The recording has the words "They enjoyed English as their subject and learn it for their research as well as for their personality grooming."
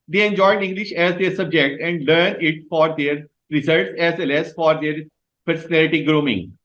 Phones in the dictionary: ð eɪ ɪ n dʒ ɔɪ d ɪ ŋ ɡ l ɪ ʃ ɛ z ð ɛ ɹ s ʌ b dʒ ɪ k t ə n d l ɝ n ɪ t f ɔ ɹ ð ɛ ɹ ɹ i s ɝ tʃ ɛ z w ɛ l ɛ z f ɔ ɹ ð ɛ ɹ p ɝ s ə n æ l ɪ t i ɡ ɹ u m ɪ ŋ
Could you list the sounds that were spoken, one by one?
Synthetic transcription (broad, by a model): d eɪ ɪ n dʒ ɔɪ d ɪ ŋ ɡ l ɪ ʃ ɛ z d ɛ ɹ s ʌ b dʒ ɪ k t ə n d l ɝ n ɪ t f ɔ ɹ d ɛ ɹ ɹ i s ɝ s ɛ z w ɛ l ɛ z f ɔ ɹ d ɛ ɹ p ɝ s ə n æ l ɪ t i ɡ ɹ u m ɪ ŋ